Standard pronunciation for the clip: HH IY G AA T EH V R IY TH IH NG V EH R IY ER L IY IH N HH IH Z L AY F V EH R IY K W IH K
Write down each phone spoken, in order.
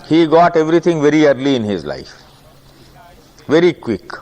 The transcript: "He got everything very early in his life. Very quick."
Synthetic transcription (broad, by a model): HH IY G AA T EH V R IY T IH NG V EH R IY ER L IY IH N HH IH Z L AY F V EH R IY K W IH K